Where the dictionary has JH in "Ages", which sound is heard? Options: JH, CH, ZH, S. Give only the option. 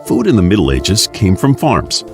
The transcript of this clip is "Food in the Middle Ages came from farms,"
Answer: JH